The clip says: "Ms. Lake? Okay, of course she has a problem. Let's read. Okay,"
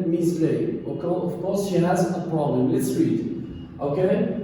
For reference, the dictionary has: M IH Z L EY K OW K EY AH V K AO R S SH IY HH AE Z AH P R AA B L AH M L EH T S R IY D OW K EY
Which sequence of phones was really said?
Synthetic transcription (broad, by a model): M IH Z L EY OW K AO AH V K AO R S SH IY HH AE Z AH P R AA B L AH M L EH T S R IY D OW K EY